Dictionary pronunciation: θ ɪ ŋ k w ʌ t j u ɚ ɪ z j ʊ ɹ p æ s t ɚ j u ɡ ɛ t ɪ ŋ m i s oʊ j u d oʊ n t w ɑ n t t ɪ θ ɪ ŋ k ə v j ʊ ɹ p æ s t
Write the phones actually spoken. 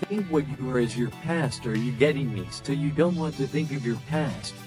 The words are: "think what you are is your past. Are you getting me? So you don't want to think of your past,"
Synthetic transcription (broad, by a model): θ ɪ ŋ k w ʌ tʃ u ɚ ɪ z j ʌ ɹ p æ s t ɚ j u ɡ ɛ t ɪ ŋ m i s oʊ j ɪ d oʊ n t w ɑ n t t ɪ θ ɪ ŋ k ə v j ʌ ɹ p æ s t